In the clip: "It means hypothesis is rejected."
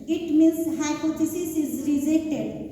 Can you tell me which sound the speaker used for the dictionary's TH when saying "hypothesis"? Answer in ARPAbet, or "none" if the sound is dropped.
T